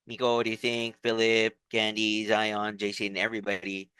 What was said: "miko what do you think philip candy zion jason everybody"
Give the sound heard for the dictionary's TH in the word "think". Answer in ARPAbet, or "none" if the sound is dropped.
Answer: TH